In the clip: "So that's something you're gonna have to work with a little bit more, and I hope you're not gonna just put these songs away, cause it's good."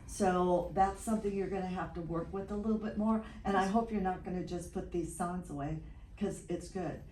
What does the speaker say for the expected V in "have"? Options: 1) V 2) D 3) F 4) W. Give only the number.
3